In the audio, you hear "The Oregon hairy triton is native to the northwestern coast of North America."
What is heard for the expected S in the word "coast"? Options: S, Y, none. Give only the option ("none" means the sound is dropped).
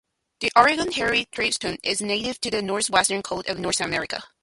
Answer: none